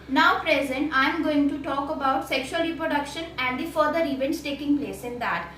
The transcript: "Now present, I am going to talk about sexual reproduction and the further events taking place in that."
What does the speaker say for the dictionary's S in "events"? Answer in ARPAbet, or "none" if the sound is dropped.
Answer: S